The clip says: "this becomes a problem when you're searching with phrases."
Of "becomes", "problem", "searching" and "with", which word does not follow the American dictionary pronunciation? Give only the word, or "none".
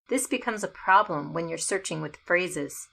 none